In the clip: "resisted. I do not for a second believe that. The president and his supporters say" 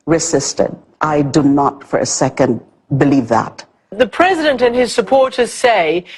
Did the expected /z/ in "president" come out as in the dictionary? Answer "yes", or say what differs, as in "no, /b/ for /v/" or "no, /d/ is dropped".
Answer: yes